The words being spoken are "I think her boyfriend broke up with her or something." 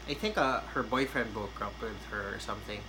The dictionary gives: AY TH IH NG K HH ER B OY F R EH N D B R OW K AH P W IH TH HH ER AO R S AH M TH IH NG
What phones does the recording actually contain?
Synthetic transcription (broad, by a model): AY TH IH NG K HH ER B OY F R EH N D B OW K AH P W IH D HH ER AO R S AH M TH IH NG